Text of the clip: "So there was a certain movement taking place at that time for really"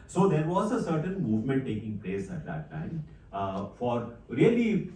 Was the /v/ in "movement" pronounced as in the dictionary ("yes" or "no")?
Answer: yes